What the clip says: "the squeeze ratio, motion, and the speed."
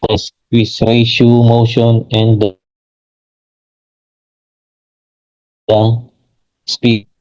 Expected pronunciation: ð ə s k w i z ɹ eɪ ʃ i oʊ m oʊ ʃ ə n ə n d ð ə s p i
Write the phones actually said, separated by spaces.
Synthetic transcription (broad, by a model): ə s w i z ɹ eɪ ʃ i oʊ m oʊ ʃ ə n ə n d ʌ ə s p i